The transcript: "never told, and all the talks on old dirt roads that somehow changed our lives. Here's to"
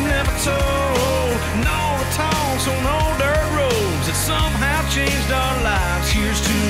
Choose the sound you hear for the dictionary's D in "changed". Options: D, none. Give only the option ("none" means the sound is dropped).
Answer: D